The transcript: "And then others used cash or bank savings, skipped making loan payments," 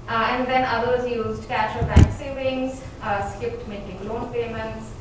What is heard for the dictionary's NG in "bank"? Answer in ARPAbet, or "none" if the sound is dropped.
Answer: none